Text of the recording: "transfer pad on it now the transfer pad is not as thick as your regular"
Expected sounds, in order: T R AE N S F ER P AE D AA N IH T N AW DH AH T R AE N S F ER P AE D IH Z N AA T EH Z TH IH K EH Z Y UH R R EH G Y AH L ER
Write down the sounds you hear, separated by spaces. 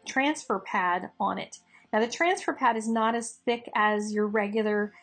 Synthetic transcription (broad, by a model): T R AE N S F ER P AE D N IH T N AW DH AH T R AE N S F ER P AE D IH Z N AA T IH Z TH IH K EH Z Y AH R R EH G Y L ER